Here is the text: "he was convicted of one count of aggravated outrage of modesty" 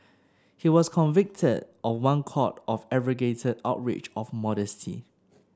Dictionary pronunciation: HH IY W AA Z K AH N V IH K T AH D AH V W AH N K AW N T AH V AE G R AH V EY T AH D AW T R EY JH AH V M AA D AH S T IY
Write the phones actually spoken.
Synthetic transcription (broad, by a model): HH IY W AA S K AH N V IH K T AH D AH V W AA N K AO T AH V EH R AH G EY T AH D AW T R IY CH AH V M AA D AH S T IY